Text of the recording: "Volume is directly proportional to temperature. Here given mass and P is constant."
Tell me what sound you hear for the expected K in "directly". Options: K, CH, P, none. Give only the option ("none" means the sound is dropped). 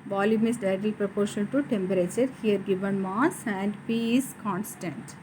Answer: none